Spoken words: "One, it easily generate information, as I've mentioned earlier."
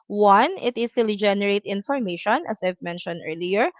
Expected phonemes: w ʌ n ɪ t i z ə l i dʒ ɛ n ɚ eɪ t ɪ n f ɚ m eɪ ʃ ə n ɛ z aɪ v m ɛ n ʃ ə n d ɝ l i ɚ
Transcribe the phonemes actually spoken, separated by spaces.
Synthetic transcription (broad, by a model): w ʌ n ɪ t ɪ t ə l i dʒ ɛ n ɚ eɪ t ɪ n f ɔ m eɪ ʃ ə n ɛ s aɪ v m ɛ n ʃ ə n d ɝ l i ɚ